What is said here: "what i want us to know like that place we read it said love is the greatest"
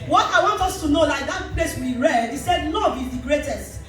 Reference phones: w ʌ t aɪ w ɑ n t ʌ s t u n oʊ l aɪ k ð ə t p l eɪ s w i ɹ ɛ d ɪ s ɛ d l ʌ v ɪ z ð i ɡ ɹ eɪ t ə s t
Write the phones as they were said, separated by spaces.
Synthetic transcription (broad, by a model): w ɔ t aɪ w ɑ n t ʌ s t u n oʊ l aɪ k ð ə t p l eɪ s w i ɹ ɛ d ɪ s ɛ d n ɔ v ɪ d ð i ɡ ɹ eɪ t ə s t